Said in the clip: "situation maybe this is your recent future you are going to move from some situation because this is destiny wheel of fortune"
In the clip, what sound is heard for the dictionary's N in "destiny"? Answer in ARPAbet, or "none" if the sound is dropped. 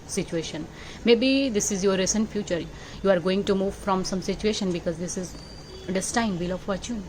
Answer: none